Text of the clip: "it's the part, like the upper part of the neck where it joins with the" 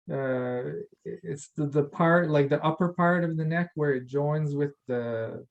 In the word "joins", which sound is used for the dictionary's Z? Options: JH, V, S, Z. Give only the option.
Z